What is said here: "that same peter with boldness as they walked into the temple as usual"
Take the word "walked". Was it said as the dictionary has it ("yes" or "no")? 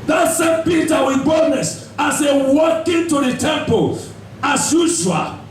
no